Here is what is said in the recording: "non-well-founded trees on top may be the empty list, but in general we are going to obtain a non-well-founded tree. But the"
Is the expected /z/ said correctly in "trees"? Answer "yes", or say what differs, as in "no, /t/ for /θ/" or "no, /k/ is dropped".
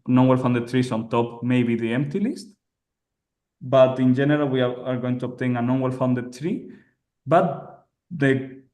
no, /s/ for /z/